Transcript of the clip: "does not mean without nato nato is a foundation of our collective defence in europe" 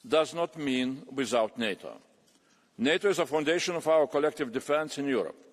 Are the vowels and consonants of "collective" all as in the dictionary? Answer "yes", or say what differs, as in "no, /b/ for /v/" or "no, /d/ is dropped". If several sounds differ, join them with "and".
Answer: yes